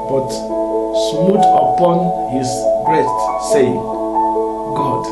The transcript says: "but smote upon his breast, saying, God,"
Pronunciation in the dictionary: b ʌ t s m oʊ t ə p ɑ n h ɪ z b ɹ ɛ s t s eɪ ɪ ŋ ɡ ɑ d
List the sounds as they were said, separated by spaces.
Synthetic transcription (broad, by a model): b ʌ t s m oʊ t ə p ɑ n h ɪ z b ɹ ɛ s t s eɪ ɪ ŋ ɡ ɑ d